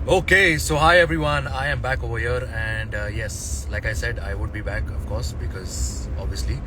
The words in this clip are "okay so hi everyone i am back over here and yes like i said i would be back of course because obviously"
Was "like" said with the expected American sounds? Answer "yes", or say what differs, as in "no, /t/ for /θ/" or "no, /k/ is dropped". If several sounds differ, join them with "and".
yes